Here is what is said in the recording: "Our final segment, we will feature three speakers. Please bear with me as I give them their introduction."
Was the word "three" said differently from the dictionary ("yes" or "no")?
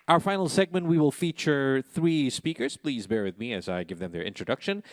no